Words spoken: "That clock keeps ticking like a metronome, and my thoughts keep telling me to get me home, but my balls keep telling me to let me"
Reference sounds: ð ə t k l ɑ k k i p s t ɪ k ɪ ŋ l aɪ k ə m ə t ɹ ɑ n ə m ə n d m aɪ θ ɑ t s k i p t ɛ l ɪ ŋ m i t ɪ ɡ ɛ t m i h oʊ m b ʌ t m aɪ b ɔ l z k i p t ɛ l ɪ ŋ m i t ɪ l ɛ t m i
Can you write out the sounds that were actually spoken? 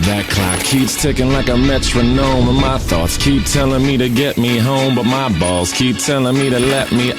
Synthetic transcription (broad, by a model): ð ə t k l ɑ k k i p s t ɪ k ɪ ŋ l aɪ k ə m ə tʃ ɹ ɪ n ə m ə n m aɪ θ ɑ t s k i p t ɛ l ɪ ŋ m i t ɪ ɡ ɛ t m i h oʊ m b ʌ t m aɪ b ɔ l z k i p t ɛ l ɪ ŋ m i t ɪ l ɛ t m i